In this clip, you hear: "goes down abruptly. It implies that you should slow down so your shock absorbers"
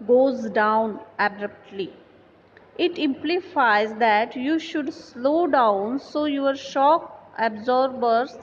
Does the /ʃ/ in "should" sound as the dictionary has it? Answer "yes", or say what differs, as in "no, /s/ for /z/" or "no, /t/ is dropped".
yes